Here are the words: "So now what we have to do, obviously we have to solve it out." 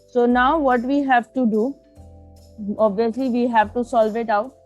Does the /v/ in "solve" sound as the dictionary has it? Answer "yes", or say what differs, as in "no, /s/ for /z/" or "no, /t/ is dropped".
yes